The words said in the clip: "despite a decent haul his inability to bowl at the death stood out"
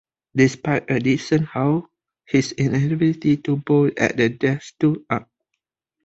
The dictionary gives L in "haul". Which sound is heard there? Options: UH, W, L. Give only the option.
W